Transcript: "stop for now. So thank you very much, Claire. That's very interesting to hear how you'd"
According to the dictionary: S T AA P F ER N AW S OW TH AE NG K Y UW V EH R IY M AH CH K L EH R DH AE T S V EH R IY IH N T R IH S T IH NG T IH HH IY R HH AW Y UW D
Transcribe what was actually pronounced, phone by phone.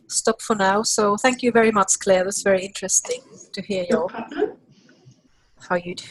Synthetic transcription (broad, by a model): S T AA P F ER N AW S OW TH AE NG K Y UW V EH R IY M AH CH K L EH R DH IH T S V EH R IY IH N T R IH S T IH NG T IH HH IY R HH AW Y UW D